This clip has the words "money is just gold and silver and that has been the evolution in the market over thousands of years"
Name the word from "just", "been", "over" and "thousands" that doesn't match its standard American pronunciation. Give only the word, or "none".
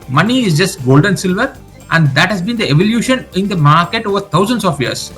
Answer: thousands